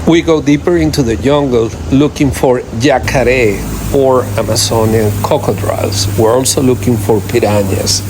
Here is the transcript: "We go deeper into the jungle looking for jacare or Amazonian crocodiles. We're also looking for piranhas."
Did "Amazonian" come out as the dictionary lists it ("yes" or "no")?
no